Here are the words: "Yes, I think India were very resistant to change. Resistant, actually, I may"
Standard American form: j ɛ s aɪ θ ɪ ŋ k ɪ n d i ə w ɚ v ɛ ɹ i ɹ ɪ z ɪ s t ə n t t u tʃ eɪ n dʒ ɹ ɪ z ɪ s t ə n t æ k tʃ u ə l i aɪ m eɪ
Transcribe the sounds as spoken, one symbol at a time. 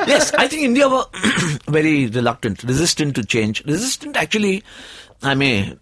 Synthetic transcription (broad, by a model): j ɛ s aɪ t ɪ ŋ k ɪ n d i ə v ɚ v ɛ ɹ i ɹ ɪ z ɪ s t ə n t t u tʃ eɪ n dʒ ɹ ɪ z ɪ s t ə n t æ k tʃ u ə l i aɪ m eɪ